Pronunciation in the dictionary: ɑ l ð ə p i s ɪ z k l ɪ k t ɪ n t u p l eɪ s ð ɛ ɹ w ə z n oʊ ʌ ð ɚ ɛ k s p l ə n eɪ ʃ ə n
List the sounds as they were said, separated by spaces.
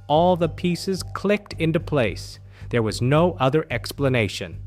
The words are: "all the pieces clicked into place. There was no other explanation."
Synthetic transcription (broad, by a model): ɑ l ð ə p i s ɪ z k l ɪ k t ɪ n t u p l eɪ s ð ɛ ɹ w ə z n oʊ ʌ ð ɚ ɛ k s p l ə n eɪ ʃ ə n